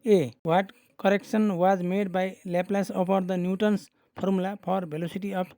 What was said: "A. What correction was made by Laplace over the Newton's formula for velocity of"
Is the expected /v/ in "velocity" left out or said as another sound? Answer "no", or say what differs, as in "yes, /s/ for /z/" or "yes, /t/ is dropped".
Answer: yes, /b/ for /v/